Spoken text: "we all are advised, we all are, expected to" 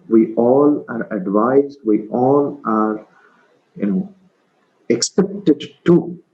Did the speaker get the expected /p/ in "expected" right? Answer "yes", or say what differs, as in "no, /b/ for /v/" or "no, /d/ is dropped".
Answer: no, /p/ is dropped